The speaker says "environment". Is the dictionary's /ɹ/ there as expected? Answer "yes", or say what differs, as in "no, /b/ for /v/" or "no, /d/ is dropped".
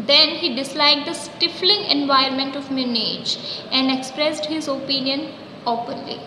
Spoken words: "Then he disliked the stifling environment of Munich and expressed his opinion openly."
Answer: no, /ɹ/ is dropped